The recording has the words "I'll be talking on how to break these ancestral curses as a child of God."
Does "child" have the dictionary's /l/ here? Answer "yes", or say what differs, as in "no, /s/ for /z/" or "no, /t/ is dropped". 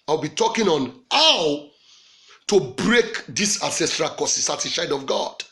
no, /l/ is dropped